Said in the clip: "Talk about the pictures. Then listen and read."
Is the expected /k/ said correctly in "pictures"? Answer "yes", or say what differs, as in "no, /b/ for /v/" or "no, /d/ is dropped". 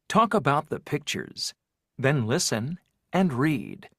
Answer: yes